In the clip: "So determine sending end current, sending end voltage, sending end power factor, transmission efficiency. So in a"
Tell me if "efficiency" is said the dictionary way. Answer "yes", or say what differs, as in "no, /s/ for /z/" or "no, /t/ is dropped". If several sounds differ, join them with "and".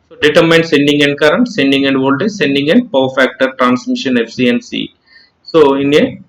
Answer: no, /ʃ/ is dropped